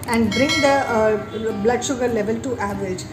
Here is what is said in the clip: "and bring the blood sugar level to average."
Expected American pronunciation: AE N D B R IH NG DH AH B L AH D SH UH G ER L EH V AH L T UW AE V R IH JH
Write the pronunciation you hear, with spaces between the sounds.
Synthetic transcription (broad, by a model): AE N D B R IH NG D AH B L AH D SH UH G ER L EH V AH L T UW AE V R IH JH